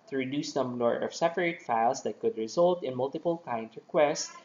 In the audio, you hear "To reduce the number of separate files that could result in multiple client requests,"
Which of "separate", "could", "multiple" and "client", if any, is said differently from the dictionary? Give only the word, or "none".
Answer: client